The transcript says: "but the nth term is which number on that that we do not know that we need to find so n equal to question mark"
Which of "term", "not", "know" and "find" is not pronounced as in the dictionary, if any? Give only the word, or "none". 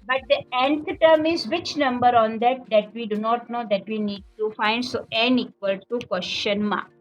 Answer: none